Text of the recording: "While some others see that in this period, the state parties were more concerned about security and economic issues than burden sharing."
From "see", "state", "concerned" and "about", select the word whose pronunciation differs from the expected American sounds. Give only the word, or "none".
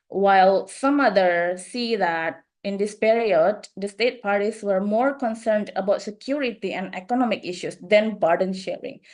none